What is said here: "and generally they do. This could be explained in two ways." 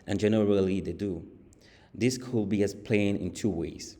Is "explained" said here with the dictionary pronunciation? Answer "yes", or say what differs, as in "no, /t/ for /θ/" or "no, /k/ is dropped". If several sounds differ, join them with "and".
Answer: no, /d/ is dropped